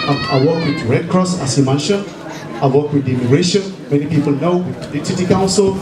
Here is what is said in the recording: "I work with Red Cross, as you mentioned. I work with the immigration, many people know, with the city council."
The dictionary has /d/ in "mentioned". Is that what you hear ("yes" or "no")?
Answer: no